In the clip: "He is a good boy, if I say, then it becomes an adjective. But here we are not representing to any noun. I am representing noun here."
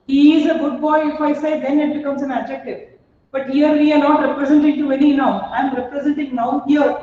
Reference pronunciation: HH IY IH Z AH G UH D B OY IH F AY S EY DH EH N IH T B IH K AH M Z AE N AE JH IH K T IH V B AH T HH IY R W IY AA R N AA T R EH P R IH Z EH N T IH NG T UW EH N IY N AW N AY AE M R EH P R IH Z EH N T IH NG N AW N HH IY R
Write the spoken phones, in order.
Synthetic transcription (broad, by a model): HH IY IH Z AH G UH D B OY IH F AY S EY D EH N IH T B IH K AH M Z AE N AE JH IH K T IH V B AH T HH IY R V IY AA R N AA T R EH P R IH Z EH N T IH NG T UW EH N IY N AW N AY M R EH P R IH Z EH N T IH NG N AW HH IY R